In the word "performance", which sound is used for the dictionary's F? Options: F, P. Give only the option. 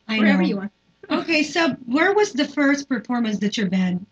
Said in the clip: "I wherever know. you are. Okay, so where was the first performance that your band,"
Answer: F